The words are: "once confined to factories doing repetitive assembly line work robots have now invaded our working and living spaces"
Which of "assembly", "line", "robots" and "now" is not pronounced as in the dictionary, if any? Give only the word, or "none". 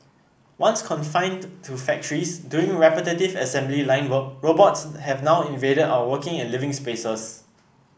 none